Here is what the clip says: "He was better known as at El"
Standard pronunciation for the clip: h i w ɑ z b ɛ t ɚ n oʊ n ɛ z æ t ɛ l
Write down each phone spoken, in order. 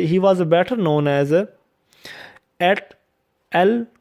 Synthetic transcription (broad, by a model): h i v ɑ z b ɛ t ɚ n oʊ n ɛ z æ t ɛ l